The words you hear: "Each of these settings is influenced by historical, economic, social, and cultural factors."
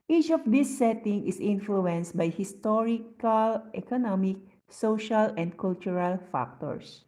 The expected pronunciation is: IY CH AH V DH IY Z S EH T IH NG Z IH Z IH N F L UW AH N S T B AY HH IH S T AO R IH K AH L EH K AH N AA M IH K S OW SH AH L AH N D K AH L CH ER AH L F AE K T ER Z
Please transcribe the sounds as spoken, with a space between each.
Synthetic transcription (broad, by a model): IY CH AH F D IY S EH T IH NG IH S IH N F L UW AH N S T B AY HH IH S T AO R IH K AH L EH K AH N AA M IH K S OW SH AH L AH N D K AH L CH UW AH L F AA K T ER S